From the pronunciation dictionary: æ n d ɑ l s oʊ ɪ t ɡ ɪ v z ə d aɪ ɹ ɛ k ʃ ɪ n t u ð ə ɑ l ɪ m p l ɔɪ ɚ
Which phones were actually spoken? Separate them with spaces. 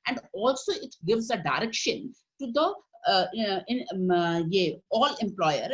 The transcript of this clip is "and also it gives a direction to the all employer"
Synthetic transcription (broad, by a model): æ n d ɑ l s oʊ ɪ t ɡ ɪ v z ə d aɪ ɹ ɛ k ʃ ɪ n t u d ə ɑ l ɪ m p l ɔɪ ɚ